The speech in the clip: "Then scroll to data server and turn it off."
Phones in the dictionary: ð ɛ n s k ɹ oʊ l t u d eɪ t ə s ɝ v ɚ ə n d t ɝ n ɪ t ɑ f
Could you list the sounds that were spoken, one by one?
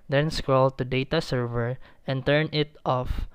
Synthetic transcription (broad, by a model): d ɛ n s k ɹ oʊ l t u d eɪ t ə s ɝ v ɚ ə n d t ɝ n ɪ t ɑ f